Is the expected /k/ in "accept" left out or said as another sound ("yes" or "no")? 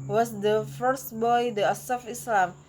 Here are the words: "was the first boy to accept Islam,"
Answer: yes